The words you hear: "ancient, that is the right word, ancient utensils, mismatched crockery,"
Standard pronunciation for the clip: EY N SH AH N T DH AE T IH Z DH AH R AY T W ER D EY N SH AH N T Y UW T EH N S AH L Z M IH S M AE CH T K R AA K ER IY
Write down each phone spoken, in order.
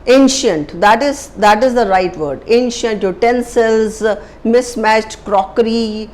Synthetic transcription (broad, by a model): EY N SH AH N T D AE T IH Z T AH R AY T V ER D EY N SH AH N T Y UW T EH N S AH L Z M IH S M AE CH T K R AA K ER IY